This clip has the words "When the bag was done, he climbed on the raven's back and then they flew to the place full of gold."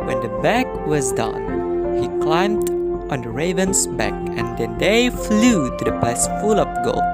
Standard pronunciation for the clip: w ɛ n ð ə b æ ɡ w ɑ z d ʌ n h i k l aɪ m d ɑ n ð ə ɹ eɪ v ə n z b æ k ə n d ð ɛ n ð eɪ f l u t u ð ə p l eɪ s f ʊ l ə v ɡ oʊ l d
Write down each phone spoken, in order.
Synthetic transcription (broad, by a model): w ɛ n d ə b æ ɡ w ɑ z d ʌ n h i k l aɪ m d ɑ n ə ɹ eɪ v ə n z b æ k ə n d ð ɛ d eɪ f l u t u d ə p eɪ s f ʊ l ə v ɡ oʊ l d